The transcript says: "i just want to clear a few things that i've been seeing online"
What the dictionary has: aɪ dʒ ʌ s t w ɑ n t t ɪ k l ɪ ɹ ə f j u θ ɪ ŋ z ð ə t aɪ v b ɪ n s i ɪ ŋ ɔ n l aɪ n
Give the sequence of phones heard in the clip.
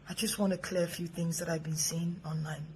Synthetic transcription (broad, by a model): aɪ dʒ ʌ s t w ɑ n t t ɪ k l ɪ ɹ ə f j u θ ɪ ŋ z ð ə t aɪ v b ɪ n s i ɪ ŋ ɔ n l aɪ n